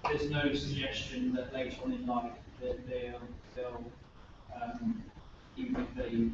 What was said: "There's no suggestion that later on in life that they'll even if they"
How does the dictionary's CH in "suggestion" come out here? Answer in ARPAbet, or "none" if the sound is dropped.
CH